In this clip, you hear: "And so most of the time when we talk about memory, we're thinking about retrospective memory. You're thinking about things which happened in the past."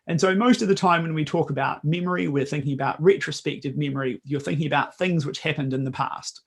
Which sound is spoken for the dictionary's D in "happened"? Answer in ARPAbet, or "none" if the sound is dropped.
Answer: D